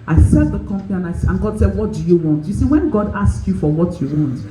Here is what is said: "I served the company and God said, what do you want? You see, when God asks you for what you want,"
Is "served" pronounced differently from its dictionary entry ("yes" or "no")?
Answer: yes